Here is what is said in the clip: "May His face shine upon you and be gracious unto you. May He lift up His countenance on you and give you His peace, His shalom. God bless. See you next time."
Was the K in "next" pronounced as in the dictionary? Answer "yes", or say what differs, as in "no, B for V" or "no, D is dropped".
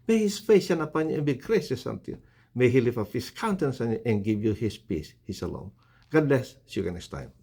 no, K is dropped